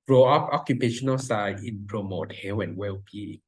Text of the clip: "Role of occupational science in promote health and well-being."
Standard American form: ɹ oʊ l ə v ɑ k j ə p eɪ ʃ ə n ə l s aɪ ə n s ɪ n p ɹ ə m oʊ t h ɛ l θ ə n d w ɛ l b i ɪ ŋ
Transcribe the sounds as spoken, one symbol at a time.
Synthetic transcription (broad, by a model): ɹ oʊ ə p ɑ k j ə p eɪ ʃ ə n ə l s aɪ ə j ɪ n p ɹ ə m oʊ t h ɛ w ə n w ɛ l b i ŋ